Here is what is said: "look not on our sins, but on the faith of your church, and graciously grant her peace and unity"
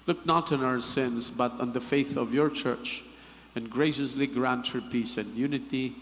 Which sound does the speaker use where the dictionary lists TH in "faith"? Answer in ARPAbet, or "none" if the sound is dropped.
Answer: TH